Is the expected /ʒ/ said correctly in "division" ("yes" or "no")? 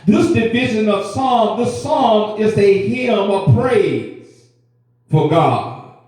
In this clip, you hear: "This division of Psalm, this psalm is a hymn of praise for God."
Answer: yes